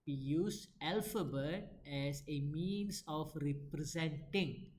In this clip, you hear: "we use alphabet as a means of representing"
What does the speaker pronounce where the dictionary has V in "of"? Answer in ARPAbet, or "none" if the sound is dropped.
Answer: F